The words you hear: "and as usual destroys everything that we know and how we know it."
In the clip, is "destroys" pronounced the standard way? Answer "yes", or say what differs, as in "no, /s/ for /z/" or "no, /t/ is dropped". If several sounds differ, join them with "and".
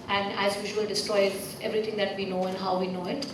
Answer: no, /z/ is dropped